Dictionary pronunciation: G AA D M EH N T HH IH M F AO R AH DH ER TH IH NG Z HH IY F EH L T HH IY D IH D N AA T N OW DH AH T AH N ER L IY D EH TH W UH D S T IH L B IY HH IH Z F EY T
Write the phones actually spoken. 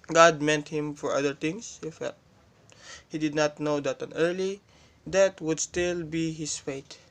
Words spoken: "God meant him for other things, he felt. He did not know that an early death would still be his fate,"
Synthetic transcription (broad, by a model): G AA D M EH N T HH IH M F AO R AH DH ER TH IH NG S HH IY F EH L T HH IY D IH D N AA T N OW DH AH T AH N ER L IY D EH T W UH D S T IH L B IY HH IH S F EY T